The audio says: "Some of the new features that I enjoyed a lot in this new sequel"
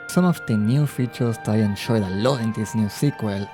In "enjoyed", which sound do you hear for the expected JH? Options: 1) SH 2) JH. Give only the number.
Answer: 1